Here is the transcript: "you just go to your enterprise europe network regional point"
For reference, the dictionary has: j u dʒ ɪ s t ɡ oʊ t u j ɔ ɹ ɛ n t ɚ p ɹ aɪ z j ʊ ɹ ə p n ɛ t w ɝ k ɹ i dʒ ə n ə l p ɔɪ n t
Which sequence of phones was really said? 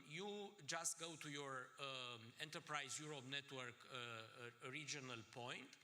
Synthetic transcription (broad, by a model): j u dʒ ɪ s t ɡ oʊ t u j ɔ ɹ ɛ n t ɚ p ɹ aɪ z j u ɹ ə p n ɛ t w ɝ k ɹ i dʒ ə n ə l p ɔɪ n t